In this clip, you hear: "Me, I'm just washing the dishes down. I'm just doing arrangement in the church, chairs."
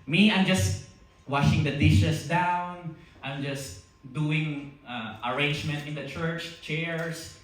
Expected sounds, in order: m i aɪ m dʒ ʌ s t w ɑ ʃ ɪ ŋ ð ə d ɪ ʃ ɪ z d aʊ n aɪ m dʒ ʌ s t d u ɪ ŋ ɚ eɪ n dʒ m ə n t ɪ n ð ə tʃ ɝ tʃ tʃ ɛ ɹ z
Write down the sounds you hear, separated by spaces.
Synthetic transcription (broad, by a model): m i aɪ m dʒ ʌ s t w ɑ ʃ ɪ ŋ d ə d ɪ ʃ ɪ s d aʊ n aɪ m dʒ ʌ s t d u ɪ ŋ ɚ eɪ n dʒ m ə n t ɪ n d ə tʃ ɝ tʃ tʃ ɛ ɹ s